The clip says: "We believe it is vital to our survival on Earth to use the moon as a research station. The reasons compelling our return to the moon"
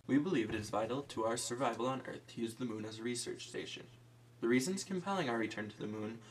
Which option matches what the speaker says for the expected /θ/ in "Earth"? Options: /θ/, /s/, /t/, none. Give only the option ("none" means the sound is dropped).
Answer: /θ/